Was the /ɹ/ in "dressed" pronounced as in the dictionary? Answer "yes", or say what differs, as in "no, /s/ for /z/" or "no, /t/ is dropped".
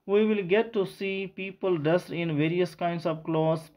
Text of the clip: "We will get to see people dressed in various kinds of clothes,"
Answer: no, /ɹ/ is dropped